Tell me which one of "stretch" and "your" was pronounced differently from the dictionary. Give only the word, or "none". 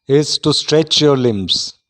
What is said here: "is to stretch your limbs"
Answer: none